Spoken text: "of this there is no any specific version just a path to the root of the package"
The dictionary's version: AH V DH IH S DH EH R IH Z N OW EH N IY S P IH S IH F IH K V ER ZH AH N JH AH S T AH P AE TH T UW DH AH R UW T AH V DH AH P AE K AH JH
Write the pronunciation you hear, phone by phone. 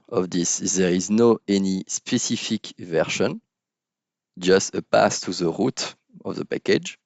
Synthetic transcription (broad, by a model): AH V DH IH S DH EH R IH Z N OW EH N IY S P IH S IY F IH K V ER SH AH N JH AH S T AH P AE S T UW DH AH R UW T AH V DH AH P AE K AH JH